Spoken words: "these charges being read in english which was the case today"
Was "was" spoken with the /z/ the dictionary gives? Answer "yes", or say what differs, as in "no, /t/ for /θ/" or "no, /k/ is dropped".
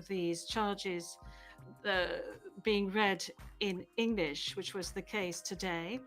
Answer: yes